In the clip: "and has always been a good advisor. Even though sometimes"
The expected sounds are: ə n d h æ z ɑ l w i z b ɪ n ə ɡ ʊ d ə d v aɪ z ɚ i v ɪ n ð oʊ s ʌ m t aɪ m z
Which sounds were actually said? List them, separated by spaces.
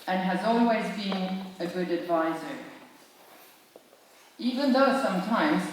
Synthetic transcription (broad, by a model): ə n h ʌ z ɑ l w i z b ɪ n ə ɡ ʊ d ə d v aɪ z ɚ i v ɪ n ð oʊ s ʌ m t aɪ m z